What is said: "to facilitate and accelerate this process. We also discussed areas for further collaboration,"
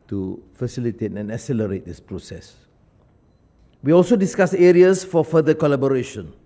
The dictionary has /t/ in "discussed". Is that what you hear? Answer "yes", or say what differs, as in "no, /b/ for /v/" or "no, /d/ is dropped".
no, /t/ is dropped